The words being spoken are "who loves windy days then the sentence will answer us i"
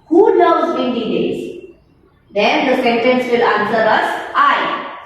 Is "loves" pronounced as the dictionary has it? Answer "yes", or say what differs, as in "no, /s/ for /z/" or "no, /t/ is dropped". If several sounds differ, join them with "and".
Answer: no, /n/ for /l/